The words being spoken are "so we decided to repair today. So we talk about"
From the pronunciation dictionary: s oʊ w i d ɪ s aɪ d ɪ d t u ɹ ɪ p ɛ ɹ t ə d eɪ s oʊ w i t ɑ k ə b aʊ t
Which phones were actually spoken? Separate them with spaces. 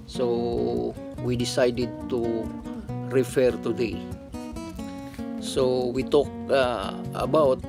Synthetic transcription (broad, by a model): s oʊ w i d ɪ s aɪ d ɪ d t u ɹ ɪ f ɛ ɹ t ə d eɪ s oʊ w i t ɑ k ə b aʊ t